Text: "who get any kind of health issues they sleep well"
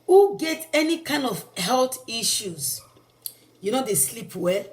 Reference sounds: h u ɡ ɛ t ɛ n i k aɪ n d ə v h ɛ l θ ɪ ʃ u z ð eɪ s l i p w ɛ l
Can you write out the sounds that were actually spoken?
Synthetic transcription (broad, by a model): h u ɡ ɛ t ɛ n i k aɪ n d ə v h ɛ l t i ʃ u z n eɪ s l i p w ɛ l